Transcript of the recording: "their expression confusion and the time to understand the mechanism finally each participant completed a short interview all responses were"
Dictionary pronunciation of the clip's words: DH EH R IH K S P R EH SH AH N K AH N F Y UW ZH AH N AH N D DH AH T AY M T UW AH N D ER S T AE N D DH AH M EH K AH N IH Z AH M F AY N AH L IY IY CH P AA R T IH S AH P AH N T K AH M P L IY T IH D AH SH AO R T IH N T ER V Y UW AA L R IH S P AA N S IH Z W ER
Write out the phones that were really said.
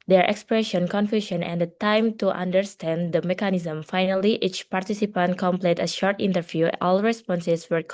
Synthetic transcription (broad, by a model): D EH R IH K S P R EH SH AH N K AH N F Y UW SH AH N AH N D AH T AY M T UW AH N D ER S T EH N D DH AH M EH K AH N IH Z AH M F AY N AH L IY IY CH P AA R T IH S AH P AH N T K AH M P L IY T AH SH AO R T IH N T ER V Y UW AA L R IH S P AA N S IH S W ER